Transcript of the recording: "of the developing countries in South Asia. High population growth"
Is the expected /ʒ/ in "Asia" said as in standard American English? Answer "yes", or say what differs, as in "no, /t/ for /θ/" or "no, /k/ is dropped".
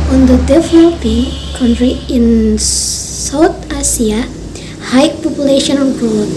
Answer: no, /s/ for /ʒ/